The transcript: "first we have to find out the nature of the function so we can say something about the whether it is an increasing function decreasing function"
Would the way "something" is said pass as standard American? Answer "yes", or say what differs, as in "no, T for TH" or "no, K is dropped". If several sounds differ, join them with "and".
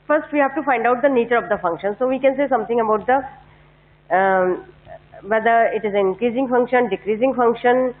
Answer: no, T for TH